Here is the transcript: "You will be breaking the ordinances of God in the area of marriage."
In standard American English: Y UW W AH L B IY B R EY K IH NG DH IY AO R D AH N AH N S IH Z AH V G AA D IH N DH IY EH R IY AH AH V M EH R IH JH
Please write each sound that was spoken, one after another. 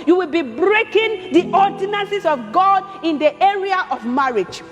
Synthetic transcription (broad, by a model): Y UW W AH L B IY B R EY K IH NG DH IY AO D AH N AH N S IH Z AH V G AA D IH N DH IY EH R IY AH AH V M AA R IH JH